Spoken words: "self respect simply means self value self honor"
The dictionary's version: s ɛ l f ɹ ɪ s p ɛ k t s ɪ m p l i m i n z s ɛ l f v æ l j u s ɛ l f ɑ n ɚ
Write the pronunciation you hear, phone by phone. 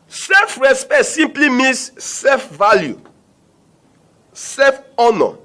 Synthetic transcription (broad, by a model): s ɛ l f ɹ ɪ s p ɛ t s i m p l i m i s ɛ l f v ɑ l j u s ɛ f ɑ n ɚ